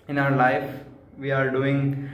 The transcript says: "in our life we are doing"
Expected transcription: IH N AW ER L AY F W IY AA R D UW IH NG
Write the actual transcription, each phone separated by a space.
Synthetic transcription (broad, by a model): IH N AW ER L AY F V IY AA R D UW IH NG